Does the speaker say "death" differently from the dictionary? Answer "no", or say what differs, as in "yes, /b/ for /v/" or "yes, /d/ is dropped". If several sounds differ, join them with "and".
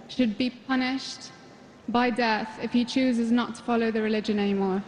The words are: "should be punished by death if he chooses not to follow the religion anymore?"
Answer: no